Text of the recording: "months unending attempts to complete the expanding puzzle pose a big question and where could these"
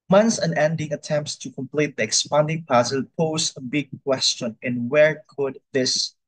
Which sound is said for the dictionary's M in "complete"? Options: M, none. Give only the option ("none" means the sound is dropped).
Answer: M